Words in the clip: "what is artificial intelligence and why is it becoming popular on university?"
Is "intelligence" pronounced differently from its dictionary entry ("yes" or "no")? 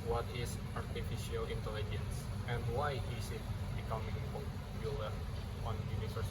no